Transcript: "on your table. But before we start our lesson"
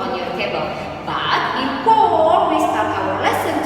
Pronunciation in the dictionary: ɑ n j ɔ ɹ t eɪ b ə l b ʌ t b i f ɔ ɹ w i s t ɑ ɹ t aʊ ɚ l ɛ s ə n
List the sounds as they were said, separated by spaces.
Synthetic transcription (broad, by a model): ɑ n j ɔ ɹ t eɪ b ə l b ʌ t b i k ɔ l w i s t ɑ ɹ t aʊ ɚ l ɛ s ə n